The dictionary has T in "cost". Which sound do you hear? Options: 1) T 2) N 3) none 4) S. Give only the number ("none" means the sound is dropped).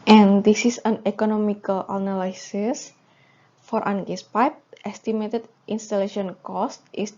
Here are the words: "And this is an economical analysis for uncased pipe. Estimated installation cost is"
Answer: 1